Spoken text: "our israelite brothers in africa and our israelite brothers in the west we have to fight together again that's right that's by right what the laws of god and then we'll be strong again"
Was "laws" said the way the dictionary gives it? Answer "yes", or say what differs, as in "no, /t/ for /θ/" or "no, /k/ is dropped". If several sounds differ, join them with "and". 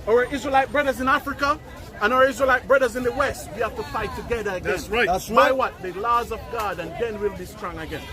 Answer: yes